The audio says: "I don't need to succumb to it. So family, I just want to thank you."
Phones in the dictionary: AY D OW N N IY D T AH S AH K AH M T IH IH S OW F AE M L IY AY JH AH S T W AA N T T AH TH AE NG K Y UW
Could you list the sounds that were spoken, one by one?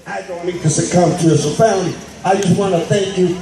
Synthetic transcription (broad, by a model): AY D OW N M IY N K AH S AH K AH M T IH IH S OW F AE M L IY AY JH AH S T W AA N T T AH TH AE NG K Y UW